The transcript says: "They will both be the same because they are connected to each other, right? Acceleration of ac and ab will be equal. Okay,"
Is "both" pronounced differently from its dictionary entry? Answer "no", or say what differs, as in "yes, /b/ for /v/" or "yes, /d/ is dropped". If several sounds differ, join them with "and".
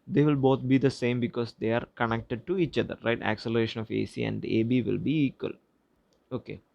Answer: yes, /t/ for /θ/